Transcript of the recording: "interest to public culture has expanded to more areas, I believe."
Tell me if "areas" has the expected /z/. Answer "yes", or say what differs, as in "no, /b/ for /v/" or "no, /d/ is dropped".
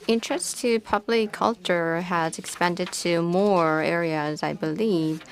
yes